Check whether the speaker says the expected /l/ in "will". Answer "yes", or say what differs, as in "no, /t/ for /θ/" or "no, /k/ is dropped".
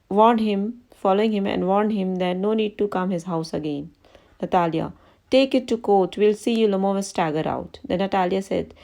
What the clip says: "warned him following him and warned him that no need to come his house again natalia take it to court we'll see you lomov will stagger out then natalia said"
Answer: no, /n/ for /l/